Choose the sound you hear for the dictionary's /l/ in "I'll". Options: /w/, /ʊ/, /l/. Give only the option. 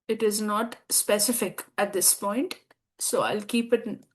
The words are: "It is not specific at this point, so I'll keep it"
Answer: /l/